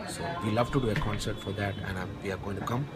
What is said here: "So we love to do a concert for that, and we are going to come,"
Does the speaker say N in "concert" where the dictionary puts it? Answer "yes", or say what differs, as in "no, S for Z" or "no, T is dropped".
yes